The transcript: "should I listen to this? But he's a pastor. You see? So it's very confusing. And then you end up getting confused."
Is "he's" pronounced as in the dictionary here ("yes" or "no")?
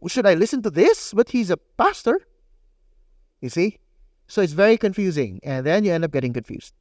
yes